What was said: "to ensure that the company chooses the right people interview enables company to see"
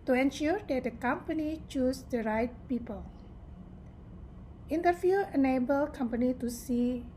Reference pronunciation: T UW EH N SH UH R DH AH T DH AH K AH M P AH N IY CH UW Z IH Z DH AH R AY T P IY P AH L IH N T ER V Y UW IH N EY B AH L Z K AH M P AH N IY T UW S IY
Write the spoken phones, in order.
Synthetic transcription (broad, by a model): T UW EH N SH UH R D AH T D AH K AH M P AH N IY CH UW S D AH R AY T P IY P AH L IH N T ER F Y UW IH N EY B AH L K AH M P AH N IY T UW S IY